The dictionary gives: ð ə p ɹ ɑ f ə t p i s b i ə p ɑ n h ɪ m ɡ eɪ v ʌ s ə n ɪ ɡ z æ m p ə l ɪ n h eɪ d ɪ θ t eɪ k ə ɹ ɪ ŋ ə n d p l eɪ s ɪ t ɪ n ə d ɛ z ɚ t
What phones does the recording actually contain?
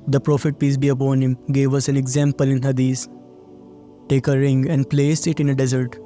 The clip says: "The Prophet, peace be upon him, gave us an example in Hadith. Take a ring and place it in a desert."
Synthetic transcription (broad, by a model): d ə p ɹ ɑ f ə t p i s b i ə p ɑ n h ɪ m ɡ eɪ v ʌ s ə n ɪ ɡ z æ m p ə l ɪ n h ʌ d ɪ s t eɪ k ə ɹ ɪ ŋ ə n d p l eɪ s ɪ t ɪ n ə d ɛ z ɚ t